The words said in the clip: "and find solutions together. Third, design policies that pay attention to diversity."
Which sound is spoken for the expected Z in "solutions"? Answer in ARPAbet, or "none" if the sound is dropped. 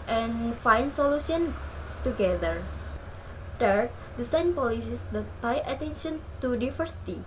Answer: none